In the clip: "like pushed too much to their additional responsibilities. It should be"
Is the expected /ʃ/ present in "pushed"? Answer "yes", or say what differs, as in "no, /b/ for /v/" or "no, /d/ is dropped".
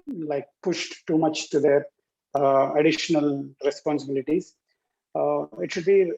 yes